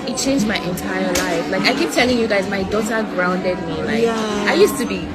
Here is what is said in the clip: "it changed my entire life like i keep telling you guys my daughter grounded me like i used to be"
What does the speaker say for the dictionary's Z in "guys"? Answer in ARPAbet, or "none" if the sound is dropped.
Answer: Z